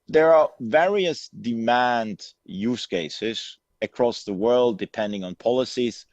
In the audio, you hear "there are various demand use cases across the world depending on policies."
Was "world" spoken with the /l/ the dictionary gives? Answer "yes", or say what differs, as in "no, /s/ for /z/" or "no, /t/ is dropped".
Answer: yes